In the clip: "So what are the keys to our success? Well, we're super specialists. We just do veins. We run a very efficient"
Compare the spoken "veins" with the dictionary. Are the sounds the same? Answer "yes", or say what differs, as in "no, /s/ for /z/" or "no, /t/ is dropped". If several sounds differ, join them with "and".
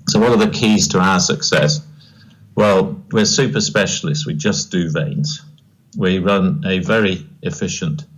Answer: yes